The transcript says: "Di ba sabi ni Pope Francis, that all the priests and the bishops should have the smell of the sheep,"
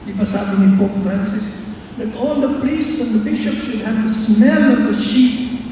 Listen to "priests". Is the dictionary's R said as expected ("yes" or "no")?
no